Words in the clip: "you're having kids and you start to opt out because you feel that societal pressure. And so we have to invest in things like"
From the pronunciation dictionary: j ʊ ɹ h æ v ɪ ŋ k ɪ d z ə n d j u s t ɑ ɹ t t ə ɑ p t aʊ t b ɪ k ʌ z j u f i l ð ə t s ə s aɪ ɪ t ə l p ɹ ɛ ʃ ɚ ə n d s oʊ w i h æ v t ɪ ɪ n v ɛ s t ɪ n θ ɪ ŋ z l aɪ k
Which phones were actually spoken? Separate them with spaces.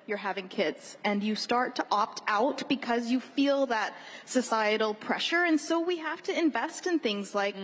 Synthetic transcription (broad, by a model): j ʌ ɹ h æ v ɪ ŋ k ɪ d z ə n j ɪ s t ɑ ɹ t t ɑ p t aʊ t b ɪ k ʌ z j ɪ f i l ð ə t s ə s aɪ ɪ t l p ɹ ɛ ʃ ɚ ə n s oʊ w i h æ f t ɪ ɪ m v ɛ s t ɪ n θ ɪ ŋ z l aɪ k